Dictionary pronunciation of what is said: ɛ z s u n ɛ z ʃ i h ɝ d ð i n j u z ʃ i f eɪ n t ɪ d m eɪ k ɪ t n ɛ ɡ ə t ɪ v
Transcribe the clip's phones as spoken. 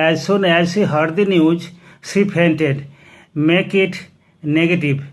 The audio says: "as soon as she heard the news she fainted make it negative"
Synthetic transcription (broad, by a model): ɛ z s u n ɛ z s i h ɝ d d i n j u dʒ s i p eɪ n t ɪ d m eɪ k ɪ t n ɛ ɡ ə t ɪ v